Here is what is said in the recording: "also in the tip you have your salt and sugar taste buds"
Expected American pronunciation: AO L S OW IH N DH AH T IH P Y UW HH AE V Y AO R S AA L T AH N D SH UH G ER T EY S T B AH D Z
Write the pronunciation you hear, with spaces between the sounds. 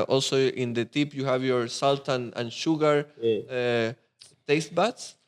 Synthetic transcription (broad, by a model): AO L S OW IH N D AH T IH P Y UW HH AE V Y AO R S AA L T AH N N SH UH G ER T EY S T B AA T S